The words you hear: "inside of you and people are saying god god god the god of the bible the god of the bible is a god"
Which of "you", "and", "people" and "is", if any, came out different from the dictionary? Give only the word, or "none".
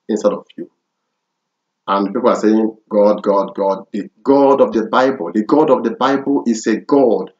is